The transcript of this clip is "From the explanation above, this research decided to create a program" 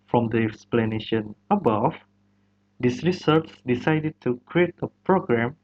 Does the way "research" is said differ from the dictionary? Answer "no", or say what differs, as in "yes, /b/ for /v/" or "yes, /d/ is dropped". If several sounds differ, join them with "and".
yes, /s/ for /tʃ/